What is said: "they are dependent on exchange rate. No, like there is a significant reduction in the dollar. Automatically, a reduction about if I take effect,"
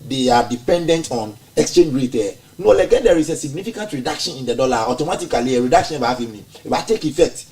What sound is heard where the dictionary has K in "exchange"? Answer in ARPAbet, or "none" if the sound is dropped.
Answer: K